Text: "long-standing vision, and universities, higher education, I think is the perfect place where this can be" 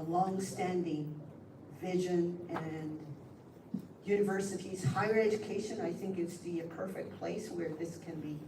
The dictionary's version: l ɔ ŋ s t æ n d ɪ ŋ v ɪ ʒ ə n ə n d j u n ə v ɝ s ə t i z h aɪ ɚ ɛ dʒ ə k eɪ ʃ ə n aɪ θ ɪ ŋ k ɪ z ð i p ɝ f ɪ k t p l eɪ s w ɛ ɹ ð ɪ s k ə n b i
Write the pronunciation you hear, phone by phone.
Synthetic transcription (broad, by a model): l ɔ ŋ s t æ n d ɪ ŋ v ɪ ʒ ə n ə n j u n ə v ɝ s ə t i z h aɪ ɚ ɛ dʒ ə k eɪ ʃ ə n aɪ θ ɪ ŋ k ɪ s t i p ɝ f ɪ k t p l eɪ s w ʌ ɹ ð ɪ s k ə n b i